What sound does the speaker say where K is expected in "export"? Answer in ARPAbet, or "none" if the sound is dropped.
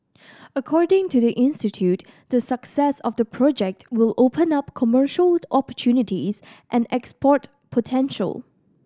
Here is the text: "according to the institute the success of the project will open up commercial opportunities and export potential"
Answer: K